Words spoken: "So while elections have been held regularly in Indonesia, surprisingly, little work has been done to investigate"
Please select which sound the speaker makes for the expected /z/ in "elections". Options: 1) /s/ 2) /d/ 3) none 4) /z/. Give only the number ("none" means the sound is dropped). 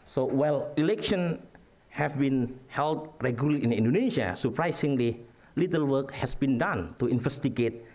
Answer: 3